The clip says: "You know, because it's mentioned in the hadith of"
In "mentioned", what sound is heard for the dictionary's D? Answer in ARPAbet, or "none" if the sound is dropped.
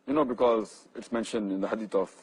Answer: D